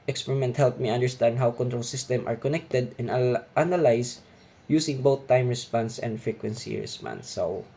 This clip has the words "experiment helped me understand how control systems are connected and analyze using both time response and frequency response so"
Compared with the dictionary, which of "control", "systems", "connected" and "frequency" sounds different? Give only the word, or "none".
systems